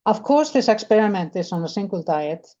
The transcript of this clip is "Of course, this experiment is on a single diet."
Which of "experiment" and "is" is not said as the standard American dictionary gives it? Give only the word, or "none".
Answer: is